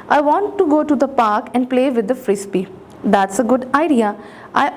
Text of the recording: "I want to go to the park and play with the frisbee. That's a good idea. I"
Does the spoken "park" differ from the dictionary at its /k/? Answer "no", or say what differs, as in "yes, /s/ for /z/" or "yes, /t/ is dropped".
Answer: no